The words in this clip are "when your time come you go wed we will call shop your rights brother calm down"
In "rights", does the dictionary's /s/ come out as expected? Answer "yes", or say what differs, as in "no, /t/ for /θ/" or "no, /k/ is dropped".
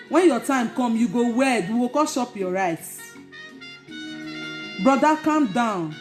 no, /s/ is dropped